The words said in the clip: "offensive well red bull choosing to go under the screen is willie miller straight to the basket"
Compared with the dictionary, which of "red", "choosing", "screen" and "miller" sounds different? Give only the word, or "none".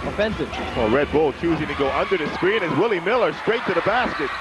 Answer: none